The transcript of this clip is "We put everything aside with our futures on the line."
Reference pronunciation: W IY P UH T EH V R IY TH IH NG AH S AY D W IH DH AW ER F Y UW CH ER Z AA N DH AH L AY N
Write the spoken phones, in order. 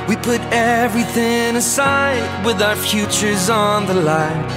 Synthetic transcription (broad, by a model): W IY P UH T EH V R IY TH IH NG AH S AY D W IH DH AW ER F Y UW CH ER Z N DH AH L AY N